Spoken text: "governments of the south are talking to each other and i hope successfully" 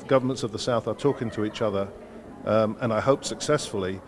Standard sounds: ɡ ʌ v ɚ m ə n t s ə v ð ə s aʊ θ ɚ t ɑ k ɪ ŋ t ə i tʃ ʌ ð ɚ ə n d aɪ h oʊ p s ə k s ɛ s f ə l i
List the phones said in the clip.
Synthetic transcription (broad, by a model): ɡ ʌ v ɚ m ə n t s ə v ð ə s aʊ θ ɚ t ɑ k ɪ ŋ t ə i tʃ ʌ ð ɚ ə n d aɪ h oʊ p s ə k s ɛ s f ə l i